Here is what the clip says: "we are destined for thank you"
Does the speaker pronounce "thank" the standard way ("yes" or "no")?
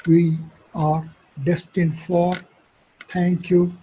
no